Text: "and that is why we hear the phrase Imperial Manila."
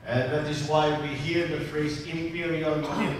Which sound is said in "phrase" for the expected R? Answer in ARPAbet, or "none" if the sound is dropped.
R